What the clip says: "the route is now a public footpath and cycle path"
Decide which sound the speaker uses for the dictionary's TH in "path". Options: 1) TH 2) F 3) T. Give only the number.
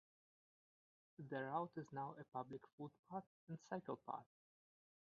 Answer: 3